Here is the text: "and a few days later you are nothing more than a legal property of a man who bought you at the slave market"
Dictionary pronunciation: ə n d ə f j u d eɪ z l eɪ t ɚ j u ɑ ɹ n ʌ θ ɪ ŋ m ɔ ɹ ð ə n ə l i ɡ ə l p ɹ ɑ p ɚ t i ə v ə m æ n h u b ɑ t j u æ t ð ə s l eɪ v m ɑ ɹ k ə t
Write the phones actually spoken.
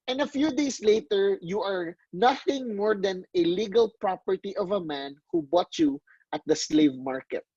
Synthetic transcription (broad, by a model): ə n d ə f j u d eɪ s l eɪ t ɚ j u ɑ ɹ n ʌ θ ɪ ŋ m ɔ ɹ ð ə n ə l i ɡ ə l p ɹ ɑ p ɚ t i ə v ə m æ n h u b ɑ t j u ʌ t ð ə s l eɪ v m ɑ ɹ k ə t